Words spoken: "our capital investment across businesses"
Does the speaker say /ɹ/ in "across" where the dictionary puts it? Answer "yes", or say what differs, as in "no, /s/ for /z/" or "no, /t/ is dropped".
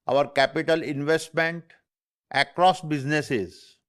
yes